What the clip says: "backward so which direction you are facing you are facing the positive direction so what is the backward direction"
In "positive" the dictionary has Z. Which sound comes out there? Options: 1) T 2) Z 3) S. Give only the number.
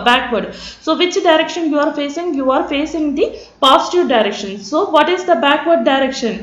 3